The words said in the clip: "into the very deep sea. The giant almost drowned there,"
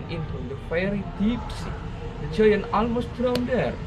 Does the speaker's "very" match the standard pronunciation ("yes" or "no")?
no